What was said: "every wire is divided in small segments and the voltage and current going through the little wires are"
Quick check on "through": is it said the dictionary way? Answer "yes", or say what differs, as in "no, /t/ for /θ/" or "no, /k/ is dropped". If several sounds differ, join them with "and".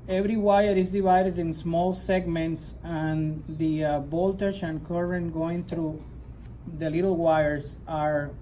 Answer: no, /t/ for /θ/